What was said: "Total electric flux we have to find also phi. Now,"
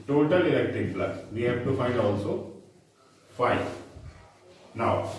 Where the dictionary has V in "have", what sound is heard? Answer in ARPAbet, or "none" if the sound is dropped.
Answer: P